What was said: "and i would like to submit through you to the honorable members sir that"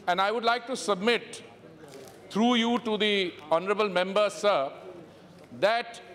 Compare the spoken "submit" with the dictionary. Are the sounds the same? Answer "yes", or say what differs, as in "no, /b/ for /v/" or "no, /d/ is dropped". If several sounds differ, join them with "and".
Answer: yes